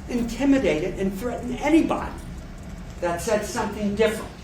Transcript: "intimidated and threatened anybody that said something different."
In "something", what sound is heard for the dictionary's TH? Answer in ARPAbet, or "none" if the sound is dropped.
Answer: TH